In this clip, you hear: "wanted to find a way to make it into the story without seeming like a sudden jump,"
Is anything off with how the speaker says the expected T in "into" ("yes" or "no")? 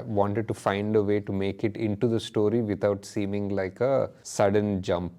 no